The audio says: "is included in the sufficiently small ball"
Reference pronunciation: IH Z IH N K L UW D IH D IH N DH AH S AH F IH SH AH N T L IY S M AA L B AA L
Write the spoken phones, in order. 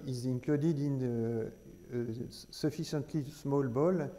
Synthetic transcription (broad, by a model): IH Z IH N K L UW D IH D IH N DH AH S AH F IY S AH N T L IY S M AA L B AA L